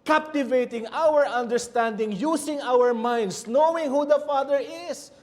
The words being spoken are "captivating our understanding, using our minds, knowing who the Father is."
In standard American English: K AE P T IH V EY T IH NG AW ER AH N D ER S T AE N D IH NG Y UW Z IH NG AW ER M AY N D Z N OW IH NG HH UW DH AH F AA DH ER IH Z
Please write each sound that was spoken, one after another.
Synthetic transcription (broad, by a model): K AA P T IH V EY T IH NG AW ER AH N D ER S T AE N D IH NG Y UW S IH NG AW ER M AY N D S N OW IH NG HH UW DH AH F AA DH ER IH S